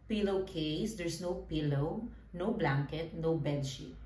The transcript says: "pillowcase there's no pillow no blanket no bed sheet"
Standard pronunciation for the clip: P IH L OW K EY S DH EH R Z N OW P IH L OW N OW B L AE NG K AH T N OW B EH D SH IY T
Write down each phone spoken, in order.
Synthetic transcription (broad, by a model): P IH L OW K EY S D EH R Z N OW P IH L OW N OW B L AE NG K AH T N OW B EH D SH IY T